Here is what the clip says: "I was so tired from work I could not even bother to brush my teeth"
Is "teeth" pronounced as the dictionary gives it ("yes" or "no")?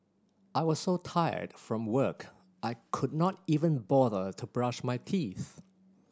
yes